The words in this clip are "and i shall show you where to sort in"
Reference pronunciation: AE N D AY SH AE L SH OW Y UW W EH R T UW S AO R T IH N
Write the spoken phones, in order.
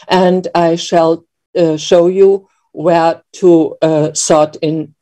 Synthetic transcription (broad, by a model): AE N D AY SH AE L SH OW Y UW W EH R T UW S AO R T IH N